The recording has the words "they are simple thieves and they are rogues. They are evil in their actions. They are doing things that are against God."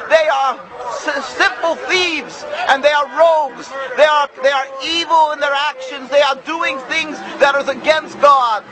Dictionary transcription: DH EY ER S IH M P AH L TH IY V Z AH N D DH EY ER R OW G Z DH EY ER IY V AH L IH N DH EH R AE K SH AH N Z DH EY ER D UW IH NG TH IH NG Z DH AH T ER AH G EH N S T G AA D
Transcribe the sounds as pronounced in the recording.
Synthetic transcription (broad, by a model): DH EY ER S IH M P L TH IY V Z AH N DH EY ER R OW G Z DH EY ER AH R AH L IH N DH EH R AE K SH AH N Z DH EY ER D UW IH NG TH IH NG Z DH AH T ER AH G EH N S T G AA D